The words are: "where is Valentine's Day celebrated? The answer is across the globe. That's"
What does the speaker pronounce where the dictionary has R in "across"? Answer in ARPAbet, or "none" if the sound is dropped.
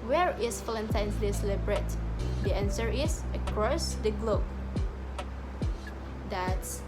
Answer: R